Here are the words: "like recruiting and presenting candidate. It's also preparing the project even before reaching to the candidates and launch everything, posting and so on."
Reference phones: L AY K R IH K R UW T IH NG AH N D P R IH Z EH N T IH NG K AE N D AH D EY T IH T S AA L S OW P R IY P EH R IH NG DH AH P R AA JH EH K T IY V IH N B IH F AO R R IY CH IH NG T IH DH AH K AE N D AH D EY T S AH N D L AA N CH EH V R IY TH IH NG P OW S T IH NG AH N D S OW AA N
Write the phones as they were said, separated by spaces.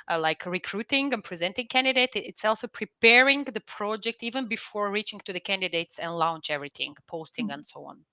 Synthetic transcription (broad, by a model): L AY K R IH K R UW T IH NG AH N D P R IH Z EH N T IH NG K AE N D AH D EY T IH T S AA L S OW P R IY P EH R IH NG DH AH P R AA JH EH K T IY V IH N B IH F AO R R IY CH IH NG T IH DH AH K AE N D AH D EY T S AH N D L AA N CH EH V R IY TH IH NG P OW S T IH NG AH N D S OW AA N